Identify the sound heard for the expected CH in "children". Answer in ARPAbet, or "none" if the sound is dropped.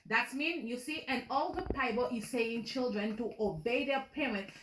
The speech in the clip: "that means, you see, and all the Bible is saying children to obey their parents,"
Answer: CH